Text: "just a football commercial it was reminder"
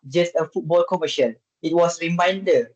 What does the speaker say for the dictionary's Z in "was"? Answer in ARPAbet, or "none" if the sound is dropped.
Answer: S